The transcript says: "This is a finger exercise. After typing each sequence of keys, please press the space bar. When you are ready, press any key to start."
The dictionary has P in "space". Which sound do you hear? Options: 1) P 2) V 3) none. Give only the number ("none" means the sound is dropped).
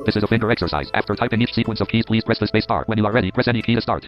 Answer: 3